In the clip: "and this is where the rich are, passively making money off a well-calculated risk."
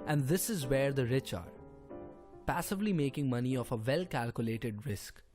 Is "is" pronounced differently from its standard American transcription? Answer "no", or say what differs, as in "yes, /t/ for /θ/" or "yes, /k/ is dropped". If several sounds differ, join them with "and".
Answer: no